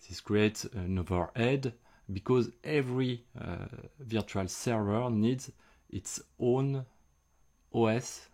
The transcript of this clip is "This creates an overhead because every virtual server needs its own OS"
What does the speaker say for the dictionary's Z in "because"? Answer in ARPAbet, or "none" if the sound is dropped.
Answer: Z